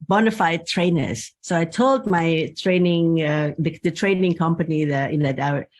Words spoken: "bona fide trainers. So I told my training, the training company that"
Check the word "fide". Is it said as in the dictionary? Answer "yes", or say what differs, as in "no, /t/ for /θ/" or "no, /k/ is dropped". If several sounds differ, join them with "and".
yes